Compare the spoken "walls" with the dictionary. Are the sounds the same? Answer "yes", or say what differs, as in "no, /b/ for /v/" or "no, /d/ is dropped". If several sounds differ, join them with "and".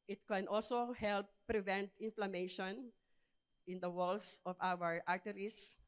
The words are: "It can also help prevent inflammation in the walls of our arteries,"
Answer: no, /s/ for /z/